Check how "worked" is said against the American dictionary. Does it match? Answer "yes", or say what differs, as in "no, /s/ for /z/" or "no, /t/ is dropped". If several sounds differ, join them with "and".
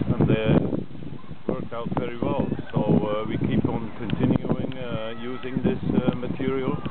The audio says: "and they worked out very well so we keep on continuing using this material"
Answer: no, /t/ is dropped